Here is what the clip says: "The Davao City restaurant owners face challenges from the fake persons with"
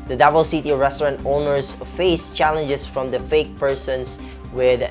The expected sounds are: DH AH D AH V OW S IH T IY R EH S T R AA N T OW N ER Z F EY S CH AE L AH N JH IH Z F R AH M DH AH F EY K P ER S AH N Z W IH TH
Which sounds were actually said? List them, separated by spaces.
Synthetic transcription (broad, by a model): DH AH D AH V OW S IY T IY R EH S T R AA N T OW N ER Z F EY S CH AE L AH N JH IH S F R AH M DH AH F EY K P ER S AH N S W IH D